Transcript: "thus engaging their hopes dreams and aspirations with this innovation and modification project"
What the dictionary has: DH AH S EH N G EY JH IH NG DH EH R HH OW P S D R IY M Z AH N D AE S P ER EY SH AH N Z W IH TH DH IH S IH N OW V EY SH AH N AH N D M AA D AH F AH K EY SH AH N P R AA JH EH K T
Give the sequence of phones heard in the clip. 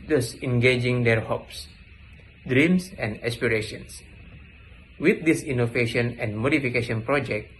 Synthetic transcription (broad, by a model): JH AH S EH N G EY JH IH NG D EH R HH OW P S D R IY M S AH N D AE S P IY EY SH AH N S W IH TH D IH S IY N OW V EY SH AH N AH N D M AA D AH F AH K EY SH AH N P R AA JH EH K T